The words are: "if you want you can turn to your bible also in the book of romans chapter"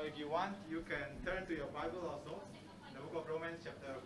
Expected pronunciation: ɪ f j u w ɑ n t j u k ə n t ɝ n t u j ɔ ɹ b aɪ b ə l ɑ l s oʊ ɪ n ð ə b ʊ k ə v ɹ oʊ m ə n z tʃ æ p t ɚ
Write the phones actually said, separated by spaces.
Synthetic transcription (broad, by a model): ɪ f j u w ɑ n t j u k ə n t ɝ n t u j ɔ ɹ b aɪ b ə l ɑ l s oʊ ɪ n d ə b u k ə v ɹ oʊ m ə n s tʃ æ p t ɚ